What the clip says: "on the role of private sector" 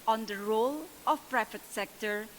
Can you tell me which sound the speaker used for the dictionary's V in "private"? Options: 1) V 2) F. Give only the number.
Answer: 2